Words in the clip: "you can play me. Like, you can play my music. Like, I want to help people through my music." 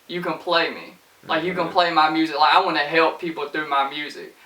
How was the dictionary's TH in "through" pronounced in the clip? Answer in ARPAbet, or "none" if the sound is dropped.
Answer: TH